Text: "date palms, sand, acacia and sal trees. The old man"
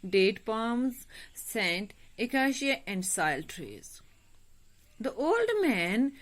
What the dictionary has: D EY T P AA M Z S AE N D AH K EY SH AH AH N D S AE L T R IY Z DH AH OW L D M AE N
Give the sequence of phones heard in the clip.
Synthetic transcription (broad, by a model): D EY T P AA M Z S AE N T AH K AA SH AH AH N D S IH L T R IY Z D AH OW L D M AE N